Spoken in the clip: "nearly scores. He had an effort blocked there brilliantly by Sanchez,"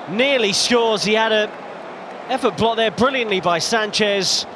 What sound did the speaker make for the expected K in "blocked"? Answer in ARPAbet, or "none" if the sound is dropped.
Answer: none